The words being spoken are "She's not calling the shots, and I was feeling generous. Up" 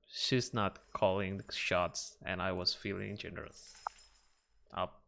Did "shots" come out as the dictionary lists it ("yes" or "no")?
yes